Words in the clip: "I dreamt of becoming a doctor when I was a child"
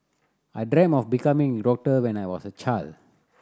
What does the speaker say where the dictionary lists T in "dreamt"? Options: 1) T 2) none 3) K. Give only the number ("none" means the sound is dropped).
2